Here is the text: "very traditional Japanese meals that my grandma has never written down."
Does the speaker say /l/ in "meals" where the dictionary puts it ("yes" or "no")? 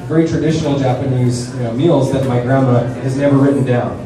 yes